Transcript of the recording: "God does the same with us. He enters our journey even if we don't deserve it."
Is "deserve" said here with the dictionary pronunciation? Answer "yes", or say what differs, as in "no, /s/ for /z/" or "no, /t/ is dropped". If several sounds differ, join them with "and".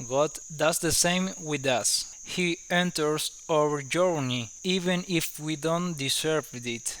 no, /s/ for /z/